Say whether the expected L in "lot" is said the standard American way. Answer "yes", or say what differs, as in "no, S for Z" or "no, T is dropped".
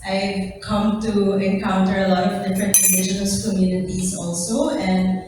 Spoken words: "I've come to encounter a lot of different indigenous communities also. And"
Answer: yes